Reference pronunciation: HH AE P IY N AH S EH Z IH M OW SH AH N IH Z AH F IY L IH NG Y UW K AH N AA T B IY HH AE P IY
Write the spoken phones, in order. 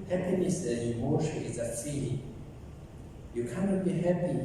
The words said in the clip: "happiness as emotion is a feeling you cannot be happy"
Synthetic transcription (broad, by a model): HH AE P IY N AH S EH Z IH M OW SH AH IH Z AH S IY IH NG Y UW K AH N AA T B IY HH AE P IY